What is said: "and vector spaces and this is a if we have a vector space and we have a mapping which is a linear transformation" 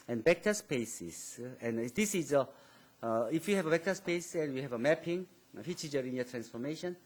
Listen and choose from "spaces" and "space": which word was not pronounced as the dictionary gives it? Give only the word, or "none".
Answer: spaces